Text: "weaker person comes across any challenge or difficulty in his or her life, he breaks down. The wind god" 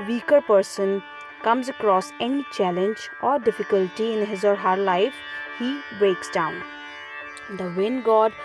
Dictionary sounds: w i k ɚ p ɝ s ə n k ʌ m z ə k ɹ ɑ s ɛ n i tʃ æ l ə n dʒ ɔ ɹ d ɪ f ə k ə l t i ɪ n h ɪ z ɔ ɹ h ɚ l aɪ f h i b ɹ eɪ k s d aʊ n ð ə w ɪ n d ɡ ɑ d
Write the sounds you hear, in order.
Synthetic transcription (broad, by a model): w i k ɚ p ɝ s ə n k ʌ m z ə k ɹ ɑ s ɛ n i tʃ æ l ə n dʒ ɔ ɹ d ɪ f ə k ə l t i ɪ n h ɪ z ɔ ɹ h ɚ l aɪ f h i b ɹ eɪ k s d aʊ n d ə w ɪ n ɡ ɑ d